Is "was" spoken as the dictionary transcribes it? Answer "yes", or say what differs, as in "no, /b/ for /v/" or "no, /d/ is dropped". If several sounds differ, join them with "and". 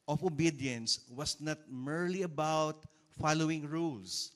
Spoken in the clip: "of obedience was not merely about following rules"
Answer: no, /s/ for /z/